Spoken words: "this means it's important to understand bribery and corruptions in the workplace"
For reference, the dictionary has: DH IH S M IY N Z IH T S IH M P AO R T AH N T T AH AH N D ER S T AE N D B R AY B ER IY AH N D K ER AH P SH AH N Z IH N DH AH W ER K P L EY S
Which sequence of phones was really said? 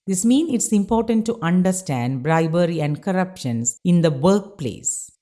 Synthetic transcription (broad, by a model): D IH S M IY N IH T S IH M P AO R T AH N T T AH AH N D ER S T AE N D B R AY B ER IY AH N D K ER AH P SH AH N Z IH N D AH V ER K P L EY S